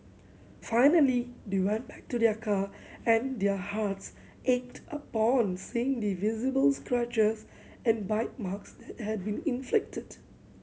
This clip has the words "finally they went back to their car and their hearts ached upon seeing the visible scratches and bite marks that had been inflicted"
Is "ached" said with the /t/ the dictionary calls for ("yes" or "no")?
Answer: yes